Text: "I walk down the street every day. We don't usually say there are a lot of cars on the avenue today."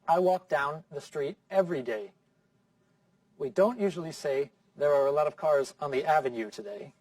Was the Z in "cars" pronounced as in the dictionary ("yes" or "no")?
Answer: yes